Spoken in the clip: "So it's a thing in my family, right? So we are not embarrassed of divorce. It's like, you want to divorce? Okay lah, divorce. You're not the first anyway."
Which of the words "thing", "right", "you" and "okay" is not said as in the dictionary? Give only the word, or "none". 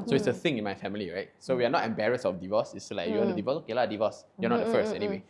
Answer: none